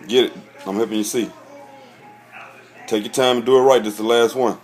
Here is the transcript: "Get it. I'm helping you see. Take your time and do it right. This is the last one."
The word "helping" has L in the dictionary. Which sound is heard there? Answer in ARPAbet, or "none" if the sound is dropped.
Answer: none